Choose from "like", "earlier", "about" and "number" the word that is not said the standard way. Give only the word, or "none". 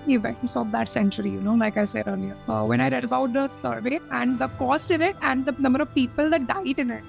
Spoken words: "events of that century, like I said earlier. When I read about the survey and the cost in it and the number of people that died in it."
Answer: earlier